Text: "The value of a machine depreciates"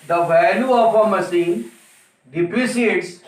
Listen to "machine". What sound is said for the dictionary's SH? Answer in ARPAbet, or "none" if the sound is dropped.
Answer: S